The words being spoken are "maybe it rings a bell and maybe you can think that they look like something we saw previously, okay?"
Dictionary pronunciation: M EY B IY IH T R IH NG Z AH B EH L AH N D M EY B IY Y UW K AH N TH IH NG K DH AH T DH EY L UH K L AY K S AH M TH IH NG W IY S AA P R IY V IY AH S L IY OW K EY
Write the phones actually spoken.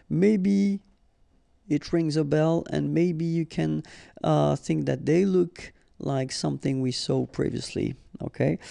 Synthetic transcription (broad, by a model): M EY B IY IH T R IH NG Z AH B EH L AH N M EY B IY Y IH K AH N TH IH NG K DH AH T DH EY L UH K L AY K S AH M TH IH NG W IY S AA P R IY V IY AH S L IY OW K EY